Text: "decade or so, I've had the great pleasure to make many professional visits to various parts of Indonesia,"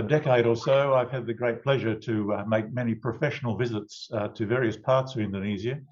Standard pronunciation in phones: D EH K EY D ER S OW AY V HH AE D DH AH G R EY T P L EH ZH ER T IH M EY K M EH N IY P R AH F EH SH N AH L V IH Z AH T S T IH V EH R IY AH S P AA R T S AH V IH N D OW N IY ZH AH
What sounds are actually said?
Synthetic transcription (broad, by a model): D EH K EY D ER S OW AY V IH D DH AH G R EY T P L EH ZH ER T IH M EY K M EH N IY P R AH F EH SH N L V IH Z AH T S T IH V EH R IY AH S P AA R T S AH V IH N D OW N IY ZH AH